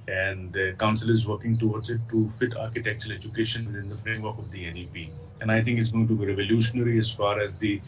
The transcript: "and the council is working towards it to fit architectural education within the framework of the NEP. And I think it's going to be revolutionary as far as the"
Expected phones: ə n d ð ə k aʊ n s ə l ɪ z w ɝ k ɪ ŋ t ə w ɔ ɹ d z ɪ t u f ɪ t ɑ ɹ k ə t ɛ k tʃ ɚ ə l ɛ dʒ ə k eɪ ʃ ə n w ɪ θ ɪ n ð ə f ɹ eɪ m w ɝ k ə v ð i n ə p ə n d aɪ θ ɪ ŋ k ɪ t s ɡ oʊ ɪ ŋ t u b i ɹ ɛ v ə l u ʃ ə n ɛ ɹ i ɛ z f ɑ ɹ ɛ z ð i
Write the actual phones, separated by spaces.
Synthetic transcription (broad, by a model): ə n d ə k aʊ n s ə l ɪ z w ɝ k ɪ ŋ t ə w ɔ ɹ d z ɪ t u f ɪ t ɑ ɹ k ə t ɛ k tʃ ɚ ə l ɛ dʒ ə k eɪ ʃ ə n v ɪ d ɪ n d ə f ɹ eɪ m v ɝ k ə v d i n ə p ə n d aɪ t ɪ ŋ k ɪ t s ɡ oʊ ɪ ŋ t u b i ɹ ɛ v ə l u ʃ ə n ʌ ɹ i ɛ z f ɑ ɹ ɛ z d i